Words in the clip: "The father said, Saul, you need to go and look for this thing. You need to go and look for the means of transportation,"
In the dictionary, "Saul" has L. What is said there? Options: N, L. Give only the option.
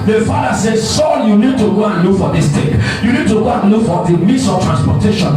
N